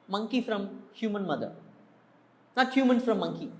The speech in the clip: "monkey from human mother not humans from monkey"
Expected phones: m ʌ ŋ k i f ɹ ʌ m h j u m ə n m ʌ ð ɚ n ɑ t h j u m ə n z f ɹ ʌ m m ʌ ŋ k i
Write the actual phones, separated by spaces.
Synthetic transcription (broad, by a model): m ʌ ŋ k i f ɹ ʌ m h j u m ə n m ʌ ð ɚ n ɑ t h j u m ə n f ɹ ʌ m m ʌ ŋ k i